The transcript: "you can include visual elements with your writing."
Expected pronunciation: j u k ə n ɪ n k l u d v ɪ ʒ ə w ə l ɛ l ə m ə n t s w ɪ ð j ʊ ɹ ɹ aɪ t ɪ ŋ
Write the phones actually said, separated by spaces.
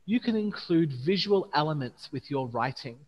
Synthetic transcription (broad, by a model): j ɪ k ə n ɪ n k l u d v ɪ ʒ ə w ə l ɛ l ə m ə n t s w ɪ ð j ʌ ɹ ɹ aɪ t ɪ ŋ